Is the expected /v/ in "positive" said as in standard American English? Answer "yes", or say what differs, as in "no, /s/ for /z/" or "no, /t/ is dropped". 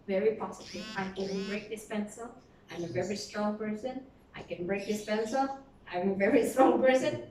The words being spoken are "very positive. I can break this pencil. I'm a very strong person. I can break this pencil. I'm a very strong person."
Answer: no, /v/ is dropped